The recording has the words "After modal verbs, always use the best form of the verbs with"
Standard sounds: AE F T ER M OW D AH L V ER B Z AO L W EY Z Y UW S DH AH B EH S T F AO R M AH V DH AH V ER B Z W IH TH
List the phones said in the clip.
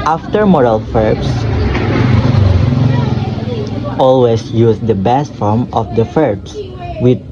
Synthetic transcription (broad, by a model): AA F T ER M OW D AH L F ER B S AO L W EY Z Y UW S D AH B EH S T F AO R M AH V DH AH F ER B S W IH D